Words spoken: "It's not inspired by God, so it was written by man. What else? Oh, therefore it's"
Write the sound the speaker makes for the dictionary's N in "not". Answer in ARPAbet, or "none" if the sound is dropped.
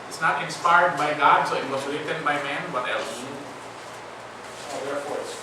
N